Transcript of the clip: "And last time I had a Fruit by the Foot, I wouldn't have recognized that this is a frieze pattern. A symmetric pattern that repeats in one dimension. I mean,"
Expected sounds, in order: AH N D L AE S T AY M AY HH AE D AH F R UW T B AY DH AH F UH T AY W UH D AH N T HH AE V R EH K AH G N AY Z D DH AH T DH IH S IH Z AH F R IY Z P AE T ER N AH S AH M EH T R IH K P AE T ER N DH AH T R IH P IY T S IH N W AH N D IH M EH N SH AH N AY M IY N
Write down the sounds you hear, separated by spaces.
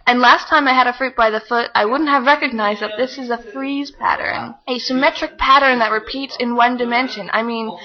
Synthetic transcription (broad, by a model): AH N L AE S T AY M AY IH D AH F R UW T B AY DH AH F UH T AY W UH D N T HH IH V R EH K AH G N AY Z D DH AH T DH IH S IH Z AH F R IY Z P AE T ER N AH S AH M EH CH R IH K P AE T ER N DH AH T R IH P IY T S IH N W AH N D IH M EH N SH AH N AY M IY N